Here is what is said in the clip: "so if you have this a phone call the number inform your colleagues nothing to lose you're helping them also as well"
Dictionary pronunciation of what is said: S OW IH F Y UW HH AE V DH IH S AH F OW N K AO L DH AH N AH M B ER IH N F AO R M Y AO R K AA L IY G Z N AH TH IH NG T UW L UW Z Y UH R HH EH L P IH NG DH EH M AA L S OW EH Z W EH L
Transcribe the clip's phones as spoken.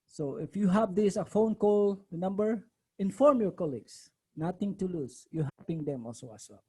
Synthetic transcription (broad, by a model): S OW IH F Y UW HH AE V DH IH S AH F OW N K AO L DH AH N AH M B ER IH N F AO R M Y AO R K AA L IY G S N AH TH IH NG T UW L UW S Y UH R HH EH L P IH NG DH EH M AA L S OW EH S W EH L